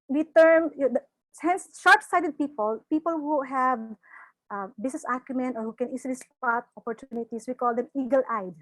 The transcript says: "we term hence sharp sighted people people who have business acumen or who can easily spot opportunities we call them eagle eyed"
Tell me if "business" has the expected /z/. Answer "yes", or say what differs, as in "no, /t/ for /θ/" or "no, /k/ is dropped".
no, /s/ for /z/